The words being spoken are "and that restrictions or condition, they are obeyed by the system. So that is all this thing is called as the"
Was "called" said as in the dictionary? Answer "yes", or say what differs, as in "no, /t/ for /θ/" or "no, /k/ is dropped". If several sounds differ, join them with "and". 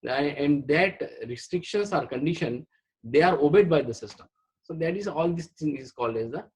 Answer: yes